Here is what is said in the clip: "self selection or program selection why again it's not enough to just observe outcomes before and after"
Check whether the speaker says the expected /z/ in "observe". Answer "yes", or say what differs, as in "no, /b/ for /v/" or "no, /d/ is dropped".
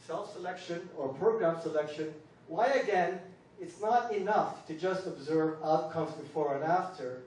yes